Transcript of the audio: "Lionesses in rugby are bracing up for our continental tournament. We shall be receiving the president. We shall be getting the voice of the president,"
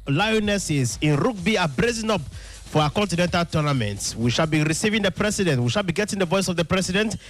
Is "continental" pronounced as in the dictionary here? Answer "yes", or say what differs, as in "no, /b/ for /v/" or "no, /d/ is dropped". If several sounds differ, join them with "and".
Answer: yes